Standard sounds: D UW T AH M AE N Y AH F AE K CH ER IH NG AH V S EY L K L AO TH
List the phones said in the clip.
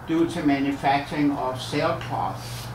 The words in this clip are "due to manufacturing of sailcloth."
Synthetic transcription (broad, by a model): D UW S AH M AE N Y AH F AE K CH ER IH NG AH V S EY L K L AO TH